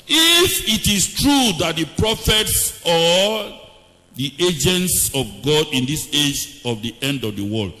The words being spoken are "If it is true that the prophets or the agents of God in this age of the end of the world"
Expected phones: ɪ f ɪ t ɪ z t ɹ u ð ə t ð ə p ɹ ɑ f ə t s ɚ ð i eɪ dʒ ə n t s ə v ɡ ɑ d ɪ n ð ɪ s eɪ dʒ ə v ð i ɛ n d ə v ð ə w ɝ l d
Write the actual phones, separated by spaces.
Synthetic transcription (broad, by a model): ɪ f ɪ t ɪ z t ɹ u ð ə t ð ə p ɹ ɑ f ə t s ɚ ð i eɪ dʒ ə n t s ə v ɡ ɑ d ɪ n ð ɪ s eɪ dʒ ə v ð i ɛ n d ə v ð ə w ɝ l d